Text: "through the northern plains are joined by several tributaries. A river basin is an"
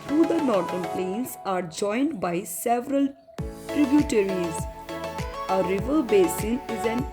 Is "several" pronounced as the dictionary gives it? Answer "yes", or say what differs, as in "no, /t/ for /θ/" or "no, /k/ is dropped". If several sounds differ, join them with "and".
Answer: yes